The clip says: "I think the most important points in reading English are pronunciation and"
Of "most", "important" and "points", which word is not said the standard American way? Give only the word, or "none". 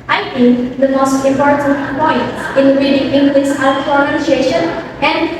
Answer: points